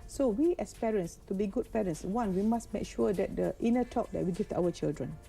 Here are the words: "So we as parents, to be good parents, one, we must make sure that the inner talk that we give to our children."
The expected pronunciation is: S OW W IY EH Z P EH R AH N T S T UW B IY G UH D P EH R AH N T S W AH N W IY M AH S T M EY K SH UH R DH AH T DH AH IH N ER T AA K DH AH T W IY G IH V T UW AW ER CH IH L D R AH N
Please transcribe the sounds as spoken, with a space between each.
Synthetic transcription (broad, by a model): S OW W IY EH S P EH R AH N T S T UW B IY G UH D P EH R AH N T S W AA N W IY M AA S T M EY K SH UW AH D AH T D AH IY N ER T AA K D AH T W IY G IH F T UW AW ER CH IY L D R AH N